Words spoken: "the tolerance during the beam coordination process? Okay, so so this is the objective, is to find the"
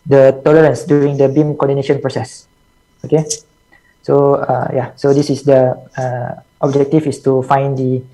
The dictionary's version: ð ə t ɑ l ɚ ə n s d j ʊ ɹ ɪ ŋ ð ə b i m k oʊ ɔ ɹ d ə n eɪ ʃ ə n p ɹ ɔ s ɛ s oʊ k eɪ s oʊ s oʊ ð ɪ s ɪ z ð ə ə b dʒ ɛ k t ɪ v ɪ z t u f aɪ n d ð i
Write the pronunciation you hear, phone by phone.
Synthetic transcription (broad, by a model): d ə t ɑ l ɚ ə n s d j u ɹ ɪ ŋ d ə b i m k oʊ ɔ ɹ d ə n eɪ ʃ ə n p ɹ ɔ s ɛ s oʊ k eɪ s oʊ s oʊ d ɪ s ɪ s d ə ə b dʒ ɛ k t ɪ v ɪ s t u f aɪ n d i